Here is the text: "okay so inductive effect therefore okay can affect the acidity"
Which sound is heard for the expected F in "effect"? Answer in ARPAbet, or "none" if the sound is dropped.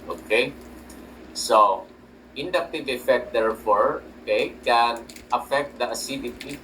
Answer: F